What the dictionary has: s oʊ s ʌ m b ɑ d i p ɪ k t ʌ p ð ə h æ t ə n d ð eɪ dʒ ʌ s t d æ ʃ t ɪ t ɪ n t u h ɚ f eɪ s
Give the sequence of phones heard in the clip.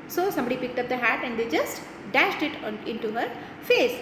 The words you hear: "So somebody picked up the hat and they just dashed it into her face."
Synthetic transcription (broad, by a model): s oʊ s ʌ m b ɑ d i p ɪ k t ʌ p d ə h æ t ə n d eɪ dʒ ʌ s t d æ ʃ t ɪ t ɪ n t u h ɚ f eɪ s